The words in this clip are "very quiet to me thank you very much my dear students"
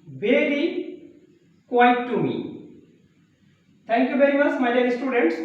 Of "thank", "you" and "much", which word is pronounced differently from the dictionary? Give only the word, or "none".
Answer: thank